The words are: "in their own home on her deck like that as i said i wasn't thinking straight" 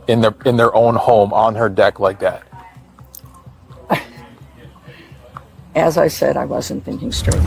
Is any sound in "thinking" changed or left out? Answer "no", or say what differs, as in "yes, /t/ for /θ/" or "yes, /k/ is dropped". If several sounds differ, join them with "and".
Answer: no